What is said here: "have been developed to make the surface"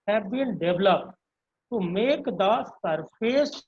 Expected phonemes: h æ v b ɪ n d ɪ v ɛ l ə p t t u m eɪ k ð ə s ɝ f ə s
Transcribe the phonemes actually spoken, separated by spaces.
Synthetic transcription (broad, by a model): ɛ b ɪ l d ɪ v l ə p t t u m eɪ k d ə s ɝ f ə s